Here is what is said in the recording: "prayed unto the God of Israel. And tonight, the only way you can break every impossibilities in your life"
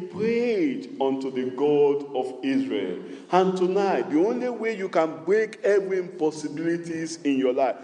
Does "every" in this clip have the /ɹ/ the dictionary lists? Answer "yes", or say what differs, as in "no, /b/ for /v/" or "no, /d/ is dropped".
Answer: no, /ɹ/ is dropped